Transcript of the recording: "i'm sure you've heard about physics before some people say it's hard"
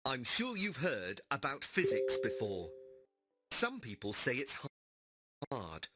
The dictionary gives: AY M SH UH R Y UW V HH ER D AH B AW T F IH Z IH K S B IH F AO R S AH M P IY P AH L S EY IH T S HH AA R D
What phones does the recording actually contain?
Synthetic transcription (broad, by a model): AY M SH UH R Y UW V HH ER D AH B AW T F IH Z IH K S B IH F AO R S AH M P IY P AH L S EY IH T S HH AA R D